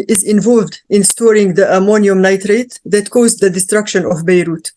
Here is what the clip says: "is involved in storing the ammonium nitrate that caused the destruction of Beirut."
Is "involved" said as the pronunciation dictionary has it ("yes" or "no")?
yes